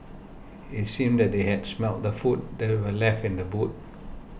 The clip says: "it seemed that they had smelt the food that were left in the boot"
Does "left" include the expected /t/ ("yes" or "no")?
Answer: yes